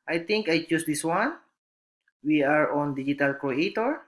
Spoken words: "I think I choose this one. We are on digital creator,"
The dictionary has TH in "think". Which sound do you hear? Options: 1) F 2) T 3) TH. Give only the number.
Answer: 2